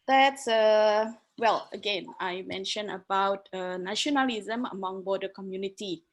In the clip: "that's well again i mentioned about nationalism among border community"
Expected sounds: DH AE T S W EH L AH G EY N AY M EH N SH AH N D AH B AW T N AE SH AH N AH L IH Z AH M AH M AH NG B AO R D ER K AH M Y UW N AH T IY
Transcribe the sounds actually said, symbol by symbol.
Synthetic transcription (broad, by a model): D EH T S W EH L AH G EY N AY M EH N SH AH N AH B AW T N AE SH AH N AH L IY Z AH M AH M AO NG B AO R D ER K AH M Y UW N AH T IY